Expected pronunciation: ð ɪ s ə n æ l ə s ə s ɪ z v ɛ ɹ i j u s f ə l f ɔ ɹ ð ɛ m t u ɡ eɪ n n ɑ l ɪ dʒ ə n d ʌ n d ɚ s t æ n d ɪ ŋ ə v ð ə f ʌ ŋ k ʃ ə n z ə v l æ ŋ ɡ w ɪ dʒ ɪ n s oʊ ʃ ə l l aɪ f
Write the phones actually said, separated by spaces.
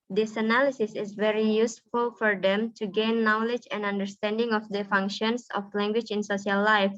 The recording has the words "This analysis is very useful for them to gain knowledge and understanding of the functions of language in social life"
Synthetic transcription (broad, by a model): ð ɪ s ə n æ l ə s ə s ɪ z v ɛ ɹ i j u s f ə l f ɔ ɹ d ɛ m t u ɡ eɪ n n ɑ l ɪ dʒ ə n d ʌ n d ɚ s t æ n d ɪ ŋ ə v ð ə f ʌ ŋ k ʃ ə n s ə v l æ ŋ ɡ w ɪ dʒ ɪ n s oʊ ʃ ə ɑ l aɪ f